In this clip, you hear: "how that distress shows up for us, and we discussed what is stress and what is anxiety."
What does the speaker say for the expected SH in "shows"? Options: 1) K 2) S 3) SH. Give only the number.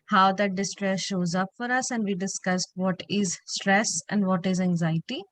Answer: 3